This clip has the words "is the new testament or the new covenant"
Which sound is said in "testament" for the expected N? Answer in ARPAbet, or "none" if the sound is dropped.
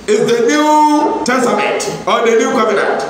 none